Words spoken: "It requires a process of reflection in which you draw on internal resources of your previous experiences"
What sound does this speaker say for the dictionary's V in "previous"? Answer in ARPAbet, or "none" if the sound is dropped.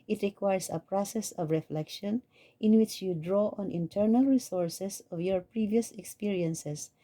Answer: V